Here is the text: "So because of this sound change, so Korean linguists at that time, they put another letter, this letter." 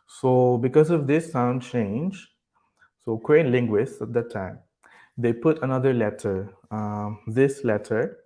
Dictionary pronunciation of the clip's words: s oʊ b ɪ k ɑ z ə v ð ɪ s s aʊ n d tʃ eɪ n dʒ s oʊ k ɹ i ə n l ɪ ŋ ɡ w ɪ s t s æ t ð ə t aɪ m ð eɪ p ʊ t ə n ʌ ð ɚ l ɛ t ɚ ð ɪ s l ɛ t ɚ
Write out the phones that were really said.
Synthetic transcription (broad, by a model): s oʊ b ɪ k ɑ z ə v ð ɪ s s aʊ n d tʃ eɪ n dʒ s oʊ k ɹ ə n l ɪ ŋ ɡ w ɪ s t æ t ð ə t aɪ m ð eɪ p ʊ t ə n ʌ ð ɚ l ɛ t ɚ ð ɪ s l ɛ t ɚ